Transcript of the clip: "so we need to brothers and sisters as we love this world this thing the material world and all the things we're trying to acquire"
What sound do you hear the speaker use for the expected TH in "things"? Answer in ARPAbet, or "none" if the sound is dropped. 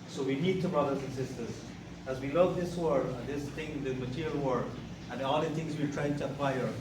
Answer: T